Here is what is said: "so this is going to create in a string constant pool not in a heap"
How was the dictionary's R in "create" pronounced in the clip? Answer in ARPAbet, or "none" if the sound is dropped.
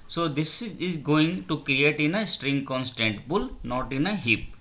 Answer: R